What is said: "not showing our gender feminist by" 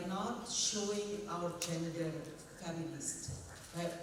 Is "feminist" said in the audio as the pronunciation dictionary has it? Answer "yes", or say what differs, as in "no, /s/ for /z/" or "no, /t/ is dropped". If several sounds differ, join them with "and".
no, /l/ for /n/